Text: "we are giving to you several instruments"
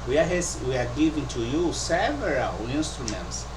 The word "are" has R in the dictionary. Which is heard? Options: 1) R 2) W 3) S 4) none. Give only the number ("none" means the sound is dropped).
2